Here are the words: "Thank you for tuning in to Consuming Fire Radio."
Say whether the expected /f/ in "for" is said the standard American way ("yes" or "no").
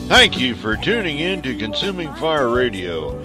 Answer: yes